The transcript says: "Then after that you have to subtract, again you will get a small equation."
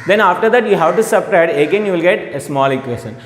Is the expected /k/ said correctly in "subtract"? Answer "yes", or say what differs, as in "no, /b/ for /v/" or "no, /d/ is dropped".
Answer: no, /k/ is dropped